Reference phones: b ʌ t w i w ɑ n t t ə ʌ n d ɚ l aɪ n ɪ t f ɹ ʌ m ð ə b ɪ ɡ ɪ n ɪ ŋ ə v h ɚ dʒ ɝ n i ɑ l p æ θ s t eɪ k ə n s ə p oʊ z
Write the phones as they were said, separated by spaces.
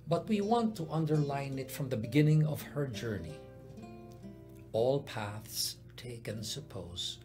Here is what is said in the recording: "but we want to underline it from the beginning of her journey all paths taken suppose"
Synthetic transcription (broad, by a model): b ʌ t w i w ɑ n t t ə ʌ n d ɚ l aɪ n ɪ t f ɹ ʌ m ð ə b ɪ ɡ ɪ n ɪ ŋ ə v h ɚ dʒ ɝ n i ɑ l p æ θ s t eɪ k ə n s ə p oʊ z